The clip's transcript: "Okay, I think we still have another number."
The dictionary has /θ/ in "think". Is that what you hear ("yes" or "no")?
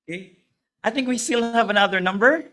yes